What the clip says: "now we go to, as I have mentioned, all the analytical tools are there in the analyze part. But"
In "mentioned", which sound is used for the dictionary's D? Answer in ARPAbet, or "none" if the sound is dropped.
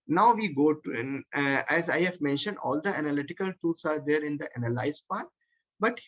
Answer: D